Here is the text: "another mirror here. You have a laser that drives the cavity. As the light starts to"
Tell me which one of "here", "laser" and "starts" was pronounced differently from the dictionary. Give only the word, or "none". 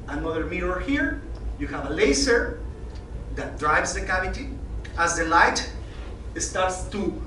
laser